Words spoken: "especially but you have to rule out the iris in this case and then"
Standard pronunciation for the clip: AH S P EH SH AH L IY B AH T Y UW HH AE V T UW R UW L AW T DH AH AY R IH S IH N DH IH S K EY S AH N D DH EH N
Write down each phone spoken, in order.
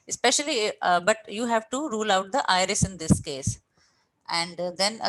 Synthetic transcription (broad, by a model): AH S P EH SH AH L IY B AH T Y UW HH AE V T UW R UW L AW T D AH AY R IH S IH N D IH S K EY S AH N D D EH N